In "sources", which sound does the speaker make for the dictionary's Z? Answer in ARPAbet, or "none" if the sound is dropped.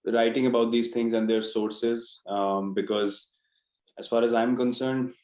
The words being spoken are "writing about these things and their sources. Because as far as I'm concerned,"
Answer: Z